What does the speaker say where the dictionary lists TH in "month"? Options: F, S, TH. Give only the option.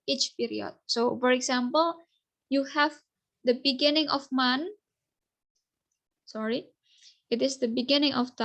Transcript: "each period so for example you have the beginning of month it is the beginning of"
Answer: S